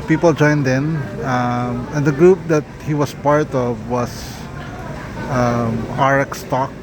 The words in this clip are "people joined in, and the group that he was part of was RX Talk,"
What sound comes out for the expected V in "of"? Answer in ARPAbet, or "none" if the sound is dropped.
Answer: V